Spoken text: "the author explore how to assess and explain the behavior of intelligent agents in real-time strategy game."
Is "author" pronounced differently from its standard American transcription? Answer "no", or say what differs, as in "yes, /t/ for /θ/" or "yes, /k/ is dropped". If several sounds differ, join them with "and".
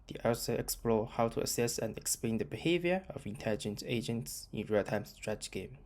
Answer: yes, /s/ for /θ/